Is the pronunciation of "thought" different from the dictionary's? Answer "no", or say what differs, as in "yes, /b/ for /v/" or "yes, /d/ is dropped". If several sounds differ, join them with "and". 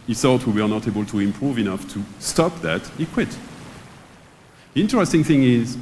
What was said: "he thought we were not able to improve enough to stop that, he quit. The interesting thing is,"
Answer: yes, /s/ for /θ/